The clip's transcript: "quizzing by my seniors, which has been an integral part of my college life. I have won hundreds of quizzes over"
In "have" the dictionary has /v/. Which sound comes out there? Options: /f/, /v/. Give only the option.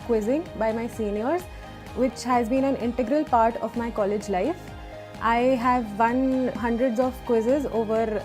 /v/